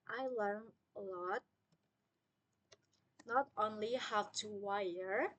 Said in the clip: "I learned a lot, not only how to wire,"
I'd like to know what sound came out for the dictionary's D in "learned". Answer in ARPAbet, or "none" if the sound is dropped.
none